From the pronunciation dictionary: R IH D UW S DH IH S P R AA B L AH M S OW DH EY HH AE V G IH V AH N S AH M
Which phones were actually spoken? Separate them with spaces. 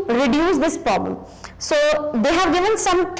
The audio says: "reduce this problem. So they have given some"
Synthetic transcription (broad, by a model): R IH D UW S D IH S P R AA B L AH M S OW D EY HH AE V G IH V AH N S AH M